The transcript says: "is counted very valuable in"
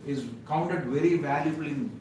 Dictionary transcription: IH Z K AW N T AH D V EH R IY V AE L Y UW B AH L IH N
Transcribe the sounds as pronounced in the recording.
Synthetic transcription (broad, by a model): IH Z K AW N T AH D V EH R IY V AE L Y UW B AH L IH N